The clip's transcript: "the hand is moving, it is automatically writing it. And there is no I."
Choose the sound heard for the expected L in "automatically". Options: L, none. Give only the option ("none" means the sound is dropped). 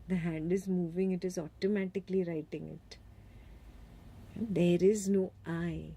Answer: L